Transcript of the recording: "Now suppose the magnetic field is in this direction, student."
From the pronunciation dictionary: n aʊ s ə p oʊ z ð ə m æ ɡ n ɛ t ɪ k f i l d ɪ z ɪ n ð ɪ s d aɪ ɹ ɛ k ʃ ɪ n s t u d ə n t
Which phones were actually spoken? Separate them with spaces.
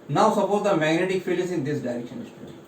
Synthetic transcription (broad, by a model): n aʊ s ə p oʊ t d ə m æ ɡ n ɛ t ɪ k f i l ɪ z ɪ n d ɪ s d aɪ ɹ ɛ k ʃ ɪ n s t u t